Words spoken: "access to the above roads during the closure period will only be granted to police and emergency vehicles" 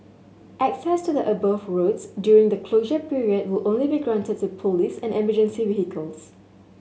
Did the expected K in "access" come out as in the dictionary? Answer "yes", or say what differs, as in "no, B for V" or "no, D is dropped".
yes